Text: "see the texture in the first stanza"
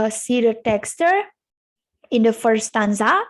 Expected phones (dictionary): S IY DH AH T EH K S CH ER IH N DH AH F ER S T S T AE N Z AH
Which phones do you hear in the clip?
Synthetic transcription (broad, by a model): S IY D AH T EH K S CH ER IH N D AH F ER T S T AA N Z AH